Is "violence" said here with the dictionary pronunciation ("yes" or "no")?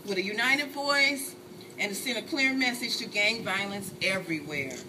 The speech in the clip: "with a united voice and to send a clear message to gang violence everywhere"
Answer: yes